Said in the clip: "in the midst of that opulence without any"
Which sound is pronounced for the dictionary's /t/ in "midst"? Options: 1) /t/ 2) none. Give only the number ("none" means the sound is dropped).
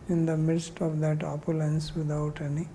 1